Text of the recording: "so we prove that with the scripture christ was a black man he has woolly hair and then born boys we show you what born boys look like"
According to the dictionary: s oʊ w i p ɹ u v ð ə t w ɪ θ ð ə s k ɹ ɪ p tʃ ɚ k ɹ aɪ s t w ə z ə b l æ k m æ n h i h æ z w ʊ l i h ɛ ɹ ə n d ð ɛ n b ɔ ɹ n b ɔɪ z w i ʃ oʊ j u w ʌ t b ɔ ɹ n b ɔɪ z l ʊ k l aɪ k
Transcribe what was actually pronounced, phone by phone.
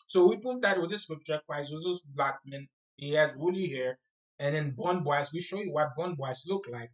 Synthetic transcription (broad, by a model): s oʊ w i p u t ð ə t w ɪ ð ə s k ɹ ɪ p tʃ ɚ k w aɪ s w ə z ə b l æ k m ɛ n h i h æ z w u l i h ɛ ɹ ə n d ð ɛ n b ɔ n b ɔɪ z w i ʃ oʊ j u w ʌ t b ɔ n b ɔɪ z l ʊ k l aɪ k